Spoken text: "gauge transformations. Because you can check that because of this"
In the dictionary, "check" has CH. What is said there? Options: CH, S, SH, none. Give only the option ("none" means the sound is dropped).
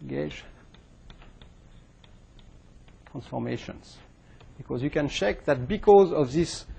CH